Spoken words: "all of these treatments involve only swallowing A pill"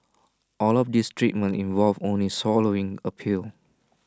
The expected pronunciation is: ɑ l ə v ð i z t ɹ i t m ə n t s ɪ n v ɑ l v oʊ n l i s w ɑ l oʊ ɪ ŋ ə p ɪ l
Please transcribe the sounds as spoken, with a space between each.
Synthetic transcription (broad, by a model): ɑ l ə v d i s t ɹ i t m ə n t ɪ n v ɑ l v oʊ n l i s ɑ l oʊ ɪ ŋ ə p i l